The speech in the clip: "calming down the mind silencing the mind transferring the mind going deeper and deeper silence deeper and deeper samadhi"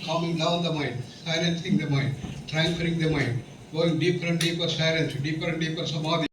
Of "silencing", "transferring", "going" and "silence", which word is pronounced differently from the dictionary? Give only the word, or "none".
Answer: silencing